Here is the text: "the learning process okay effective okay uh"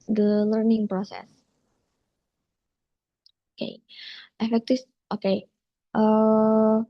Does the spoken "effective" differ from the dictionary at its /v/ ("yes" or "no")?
yes